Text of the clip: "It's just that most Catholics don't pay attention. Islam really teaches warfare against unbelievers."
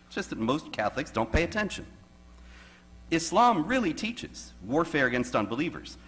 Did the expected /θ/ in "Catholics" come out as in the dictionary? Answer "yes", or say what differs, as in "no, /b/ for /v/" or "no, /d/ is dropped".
yes